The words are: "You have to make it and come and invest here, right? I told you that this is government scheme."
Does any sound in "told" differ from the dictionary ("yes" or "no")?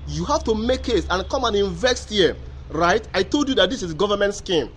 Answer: no